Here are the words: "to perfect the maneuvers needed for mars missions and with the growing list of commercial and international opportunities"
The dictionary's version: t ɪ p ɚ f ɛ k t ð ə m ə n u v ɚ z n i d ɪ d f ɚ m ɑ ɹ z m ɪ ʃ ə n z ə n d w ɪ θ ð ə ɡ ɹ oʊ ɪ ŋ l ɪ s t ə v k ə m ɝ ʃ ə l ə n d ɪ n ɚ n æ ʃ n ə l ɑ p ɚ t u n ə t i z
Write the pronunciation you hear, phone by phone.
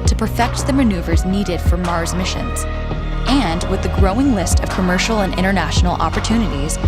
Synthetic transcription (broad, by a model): t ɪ p ɚ f ɛ k t ð ə m ə n u v ɚ z n i d ɪ d f ɚ m ɑ ɹ z m ɪ ʃ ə n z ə n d w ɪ ð ə ɡ ɹ oʊ ɪ ŋ l ɪ s t ə v k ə m ɝ ʃ l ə n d ɪ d ɚ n æ ʃ n l ɑ p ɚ t u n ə t i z